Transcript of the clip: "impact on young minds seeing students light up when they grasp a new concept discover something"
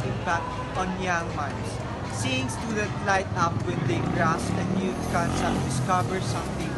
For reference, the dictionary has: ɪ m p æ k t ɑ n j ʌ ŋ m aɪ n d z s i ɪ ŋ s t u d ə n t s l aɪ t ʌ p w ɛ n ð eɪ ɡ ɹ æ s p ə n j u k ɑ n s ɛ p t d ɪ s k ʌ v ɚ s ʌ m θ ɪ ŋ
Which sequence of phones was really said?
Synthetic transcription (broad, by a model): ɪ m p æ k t ɑ n j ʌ ŋ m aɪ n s s i ɪ ŋ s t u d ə t l aɪ t ʌ p w ɛ n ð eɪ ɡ ɹ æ s ə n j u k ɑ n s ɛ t d ɪ s k ʌ v ɚ s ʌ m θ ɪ ŋ